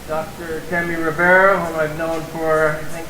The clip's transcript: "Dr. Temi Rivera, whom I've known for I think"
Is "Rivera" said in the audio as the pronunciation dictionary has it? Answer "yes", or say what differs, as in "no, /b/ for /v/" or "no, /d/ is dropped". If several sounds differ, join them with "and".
no, /b/ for /v/